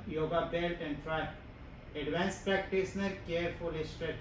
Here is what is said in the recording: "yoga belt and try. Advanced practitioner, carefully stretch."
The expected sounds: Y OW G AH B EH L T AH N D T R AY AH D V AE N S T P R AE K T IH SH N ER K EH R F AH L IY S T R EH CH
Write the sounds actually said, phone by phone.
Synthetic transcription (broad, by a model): Y OW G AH B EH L T AH N D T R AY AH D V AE N S P R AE K T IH S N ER K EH R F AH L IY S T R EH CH